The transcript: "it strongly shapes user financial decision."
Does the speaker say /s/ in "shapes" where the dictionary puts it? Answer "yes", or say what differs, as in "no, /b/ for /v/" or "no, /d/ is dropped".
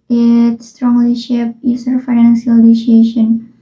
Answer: no, /s/ is dropped